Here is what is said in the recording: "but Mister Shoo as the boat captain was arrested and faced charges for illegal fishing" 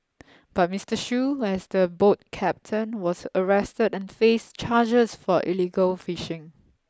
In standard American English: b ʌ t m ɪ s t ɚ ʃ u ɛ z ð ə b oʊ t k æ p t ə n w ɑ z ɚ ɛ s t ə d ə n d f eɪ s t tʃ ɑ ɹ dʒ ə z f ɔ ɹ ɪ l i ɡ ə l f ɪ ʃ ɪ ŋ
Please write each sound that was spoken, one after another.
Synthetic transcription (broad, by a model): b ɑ t m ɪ s t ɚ ʃ u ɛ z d ə b oʊ t k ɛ p t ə n w ɑ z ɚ ɛ s t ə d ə n f eɪ s tʃ ɑ dʒ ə s f ɔ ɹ ɪ l i ɡ ə l f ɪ ʃ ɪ ŋ